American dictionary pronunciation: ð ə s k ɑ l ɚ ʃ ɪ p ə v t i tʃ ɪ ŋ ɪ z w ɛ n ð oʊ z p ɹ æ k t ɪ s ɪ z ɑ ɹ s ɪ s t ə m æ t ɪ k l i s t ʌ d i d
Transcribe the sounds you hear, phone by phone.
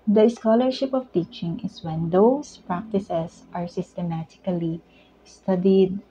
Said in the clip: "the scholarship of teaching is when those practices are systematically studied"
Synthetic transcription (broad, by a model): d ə s k ɑ l ɚ ʃ ɪ p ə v t i tʃ ɪ ŋ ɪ s w ɛ n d oʊ s p ɹ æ k t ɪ s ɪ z ɑ ɹ s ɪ s t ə m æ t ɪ k l i s t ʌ d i d